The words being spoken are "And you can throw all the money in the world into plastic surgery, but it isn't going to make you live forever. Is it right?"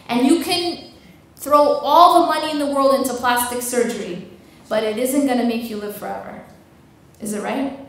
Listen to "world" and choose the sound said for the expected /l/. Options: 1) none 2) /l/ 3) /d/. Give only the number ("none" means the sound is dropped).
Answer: 2